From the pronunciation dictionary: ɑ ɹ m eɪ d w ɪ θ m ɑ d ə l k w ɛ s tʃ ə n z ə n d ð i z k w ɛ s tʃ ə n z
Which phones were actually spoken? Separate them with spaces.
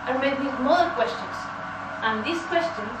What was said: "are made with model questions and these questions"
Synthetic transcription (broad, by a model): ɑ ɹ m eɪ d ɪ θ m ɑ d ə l k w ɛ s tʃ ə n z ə n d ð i s k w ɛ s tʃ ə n